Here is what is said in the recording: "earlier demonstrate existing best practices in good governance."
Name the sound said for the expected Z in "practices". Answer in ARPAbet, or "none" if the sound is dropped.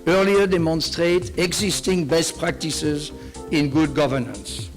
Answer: Z